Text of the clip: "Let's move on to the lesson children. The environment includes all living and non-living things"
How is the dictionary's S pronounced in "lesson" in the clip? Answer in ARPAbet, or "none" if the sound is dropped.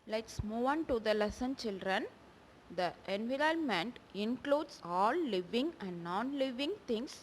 S